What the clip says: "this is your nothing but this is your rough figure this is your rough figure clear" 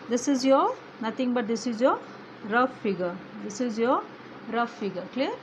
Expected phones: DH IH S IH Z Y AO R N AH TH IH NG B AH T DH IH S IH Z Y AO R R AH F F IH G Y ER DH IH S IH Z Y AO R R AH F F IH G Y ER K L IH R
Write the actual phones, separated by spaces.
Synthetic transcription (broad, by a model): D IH S IH Z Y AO N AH T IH NG B AH T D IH S IH Z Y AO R R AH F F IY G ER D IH S IH Z Y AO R R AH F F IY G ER K L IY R